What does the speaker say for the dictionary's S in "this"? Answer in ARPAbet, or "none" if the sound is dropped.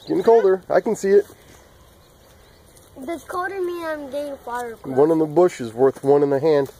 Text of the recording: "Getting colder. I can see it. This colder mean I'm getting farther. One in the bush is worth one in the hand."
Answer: none